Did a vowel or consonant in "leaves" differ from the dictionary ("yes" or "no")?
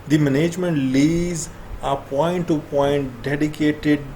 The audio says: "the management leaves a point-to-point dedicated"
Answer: yes